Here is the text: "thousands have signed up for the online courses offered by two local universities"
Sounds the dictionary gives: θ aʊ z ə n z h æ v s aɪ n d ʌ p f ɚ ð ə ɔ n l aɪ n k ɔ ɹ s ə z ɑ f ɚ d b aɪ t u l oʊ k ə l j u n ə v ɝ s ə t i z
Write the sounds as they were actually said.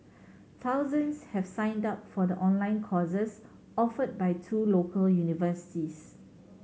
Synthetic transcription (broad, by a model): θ aʊ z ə n s h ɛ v s aɪ n d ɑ p f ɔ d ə ɔ n l aɪ n k ɔ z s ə s ɑ f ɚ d b aɪ t u l oʊ k ə l j u n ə v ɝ s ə t i s